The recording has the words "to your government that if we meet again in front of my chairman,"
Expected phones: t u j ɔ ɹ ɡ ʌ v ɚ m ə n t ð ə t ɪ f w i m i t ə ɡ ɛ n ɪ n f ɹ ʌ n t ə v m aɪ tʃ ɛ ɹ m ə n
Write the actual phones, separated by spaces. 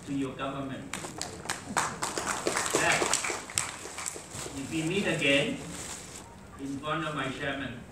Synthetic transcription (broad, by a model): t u j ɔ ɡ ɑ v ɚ m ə n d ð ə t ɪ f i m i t ə ɡ ɛ n ɪ n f ʌ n ə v m aɪ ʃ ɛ m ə n